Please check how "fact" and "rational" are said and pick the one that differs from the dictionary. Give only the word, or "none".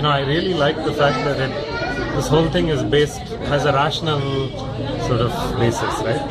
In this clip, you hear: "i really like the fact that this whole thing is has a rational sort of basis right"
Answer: none